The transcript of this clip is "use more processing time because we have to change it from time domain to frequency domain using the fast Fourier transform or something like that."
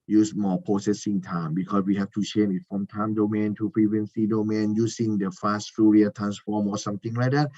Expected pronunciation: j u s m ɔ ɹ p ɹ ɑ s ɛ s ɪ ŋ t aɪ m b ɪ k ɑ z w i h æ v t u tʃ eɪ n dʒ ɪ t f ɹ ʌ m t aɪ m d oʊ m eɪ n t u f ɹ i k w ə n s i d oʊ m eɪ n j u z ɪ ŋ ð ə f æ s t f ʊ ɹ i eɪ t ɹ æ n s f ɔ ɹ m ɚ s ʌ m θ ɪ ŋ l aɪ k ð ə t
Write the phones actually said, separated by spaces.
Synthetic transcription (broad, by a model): j u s m ɔ p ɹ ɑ s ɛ s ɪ ŋ t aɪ m b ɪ k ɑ s w i h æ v t u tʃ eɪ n ɪ t f ɹ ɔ m t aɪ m d oʊ m eɪ n t u p ɹ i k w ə n s i d oʊ m eɪ n j u s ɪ ŋ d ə f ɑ s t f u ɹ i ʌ t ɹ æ n s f ɔ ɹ m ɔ s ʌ m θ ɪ ŋ l aɪ k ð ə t